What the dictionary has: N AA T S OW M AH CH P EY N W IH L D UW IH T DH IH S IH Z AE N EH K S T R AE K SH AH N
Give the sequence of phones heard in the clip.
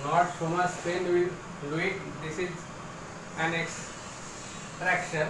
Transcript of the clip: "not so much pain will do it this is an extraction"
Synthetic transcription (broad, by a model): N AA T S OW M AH S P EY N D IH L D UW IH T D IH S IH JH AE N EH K S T R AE K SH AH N